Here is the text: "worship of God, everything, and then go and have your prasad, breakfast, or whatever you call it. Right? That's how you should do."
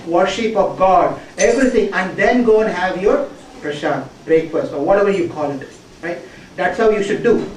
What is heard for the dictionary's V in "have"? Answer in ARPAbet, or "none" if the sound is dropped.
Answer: V